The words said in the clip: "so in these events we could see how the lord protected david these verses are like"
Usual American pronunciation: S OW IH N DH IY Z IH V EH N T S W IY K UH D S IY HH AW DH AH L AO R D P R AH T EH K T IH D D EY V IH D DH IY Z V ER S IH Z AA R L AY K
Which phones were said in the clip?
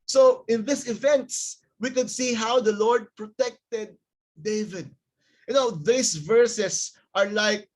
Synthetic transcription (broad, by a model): S OW IH N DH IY S IH V EH N T S W IY K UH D S IY HH AW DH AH L AO R D P R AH T EH K T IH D D EY V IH D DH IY S V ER S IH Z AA R L AY K